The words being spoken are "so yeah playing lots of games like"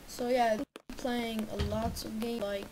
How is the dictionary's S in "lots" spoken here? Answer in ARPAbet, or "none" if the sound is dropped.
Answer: S